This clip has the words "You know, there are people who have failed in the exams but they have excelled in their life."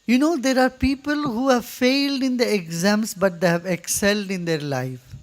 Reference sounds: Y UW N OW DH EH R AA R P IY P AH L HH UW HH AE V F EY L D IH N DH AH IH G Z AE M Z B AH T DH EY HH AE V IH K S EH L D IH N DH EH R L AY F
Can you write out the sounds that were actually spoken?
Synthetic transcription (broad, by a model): Y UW N OW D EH R AA R P IY P AH L HH UW HH AE V F EY L D IH N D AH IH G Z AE M S B AH T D EY HH AE V IH K S EH L D IH N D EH R L AY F